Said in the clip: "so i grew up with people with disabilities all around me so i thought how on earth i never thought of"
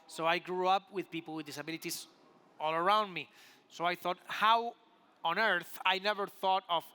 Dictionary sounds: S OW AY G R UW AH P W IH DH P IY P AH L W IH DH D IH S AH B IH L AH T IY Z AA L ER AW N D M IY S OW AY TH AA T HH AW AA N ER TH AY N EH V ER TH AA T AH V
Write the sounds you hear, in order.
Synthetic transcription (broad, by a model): S OW AY G R UW AH P W IH DH P IY P L W IH DH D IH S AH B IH L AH T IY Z AA L ER AW N D M IY S OW AY TH AA T HH AW AA N ER TH AY N EH V ER TH AA T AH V